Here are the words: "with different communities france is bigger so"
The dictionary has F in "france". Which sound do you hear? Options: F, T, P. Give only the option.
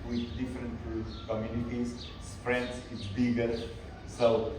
P